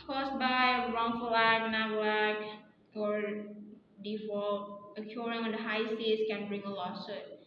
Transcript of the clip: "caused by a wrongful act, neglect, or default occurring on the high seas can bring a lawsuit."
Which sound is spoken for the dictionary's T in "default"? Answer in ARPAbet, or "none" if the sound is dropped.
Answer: none